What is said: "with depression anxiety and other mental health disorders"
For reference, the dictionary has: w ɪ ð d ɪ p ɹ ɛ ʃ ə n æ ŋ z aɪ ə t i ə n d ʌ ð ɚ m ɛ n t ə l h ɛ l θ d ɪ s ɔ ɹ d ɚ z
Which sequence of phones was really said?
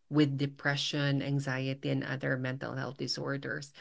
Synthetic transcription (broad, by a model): w ɪ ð d ɪ p ɹ ɛ ʃ ə n æ ŋ z aɪ ə t i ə n ʌ ð ɚ m ɛ n t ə l h ɛ l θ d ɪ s ɔ ɹ d ɚ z